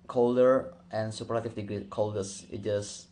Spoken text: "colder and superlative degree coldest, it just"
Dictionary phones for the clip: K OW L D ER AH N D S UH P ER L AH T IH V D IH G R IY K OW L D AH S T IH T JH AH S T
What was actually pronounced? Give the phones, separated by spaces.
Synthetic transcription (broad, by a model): K OW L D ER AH N S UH P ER AH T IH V D IH G R IY K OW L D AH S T IH T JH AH S